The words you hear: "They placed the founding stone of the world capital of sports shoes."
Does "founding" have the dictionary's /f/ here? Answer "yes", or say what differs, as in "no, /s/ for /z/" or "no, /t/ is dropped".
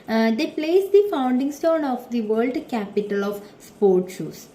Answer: yes